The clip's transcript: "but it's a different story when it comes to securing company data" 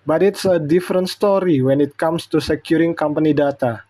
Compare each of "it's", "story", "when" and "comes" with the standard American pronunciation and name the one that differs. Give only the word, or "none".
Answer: comes